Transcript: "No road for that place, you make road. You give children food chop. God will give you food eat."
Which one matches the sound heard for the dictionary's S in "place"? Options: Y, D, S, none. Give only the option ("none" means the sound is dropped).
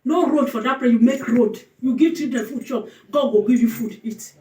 none